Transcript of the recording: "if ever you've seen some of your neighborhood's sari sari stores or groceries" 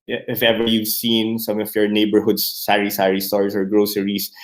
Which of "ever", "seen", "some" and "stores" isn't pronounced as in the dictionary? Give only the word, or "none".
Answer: stores